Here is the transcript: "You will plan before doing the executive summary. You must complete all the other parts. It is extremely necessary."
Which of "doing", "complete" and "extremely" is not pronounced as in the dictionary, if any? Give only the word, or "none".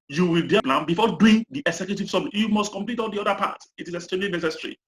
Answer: extremely